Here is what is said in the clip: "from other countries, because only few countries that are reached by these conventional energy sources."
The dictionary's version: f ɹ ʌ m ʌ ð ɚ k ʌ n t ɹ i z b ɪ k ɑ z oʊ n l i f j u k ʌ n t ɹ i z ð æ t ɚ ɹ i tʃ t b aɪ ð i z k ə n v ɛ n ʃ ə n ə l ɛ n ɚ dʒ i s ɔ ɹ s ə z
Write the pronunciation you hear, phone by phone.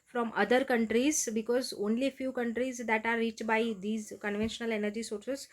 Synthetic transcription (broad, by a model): f ɹ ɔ m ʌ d ɚ k ʌ n t ɹ i z b ɪ k ɑ z oʊ n l i f j u k ʌ n t ɹ i z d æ t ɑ ɹ i tʃ t b aɪ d i z k ə n v ɛ n ʃ ə n ə l ɛ n ɚ dʒ i s ɔ ɹ s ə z